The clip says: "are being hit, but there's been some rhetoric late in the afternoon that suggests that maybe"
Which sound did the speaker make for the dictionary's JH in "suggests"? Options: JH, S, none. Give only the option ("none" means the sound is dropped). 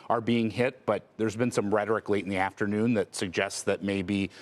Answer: JH